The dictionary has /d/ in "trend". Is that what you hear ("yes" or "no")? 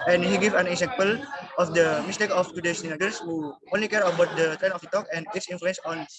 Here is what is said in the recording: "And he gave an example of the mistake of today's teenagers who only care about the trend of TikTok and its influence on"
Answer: no